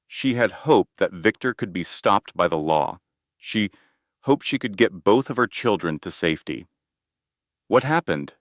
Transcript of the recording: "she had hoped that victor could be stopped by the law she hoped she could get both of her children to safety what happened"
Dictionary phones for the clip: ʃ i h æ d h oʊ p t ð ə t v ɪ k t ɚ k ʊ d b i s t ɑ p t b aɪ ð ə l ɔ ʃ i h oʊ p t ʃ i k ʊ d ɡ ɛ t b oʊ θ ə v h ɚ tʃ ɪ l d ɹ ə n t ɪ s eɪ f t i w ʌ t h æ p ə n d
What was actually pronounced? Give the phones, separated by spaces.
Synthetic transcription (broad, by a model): ʃ i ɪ d h oʊ p ð ə t v ɪ k t ɚ k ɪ d b i s t ɑ p t b aɪ ð ə l ɔ ʃ i h oʊ p t ʃ i k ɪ d ɡ ɛ t b oʊ θ ə v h ɚ tʃ ɪ l d ɹ ə n t ɪ s eɪ f t i w ʌ t h æ p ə n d